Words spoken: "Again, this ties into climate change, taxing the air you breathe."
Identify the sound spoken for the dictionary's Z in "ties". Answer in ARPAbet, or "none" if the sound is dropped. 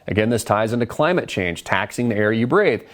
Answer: Z